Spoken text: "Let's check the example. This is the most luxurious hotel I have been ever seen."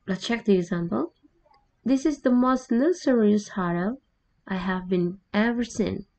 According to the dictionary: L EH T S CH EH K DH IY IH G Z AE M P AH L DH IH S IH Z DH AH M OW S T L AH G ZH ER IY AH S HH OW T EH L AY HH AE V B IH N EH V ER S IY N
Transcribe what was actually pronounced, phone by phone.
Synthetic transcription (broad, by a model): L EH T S CH EH K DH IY IH G Z AE M P AH L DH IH S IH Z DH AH M OW S T N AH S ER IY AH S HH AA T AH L AY HH AE V B IH N EH V ER S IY N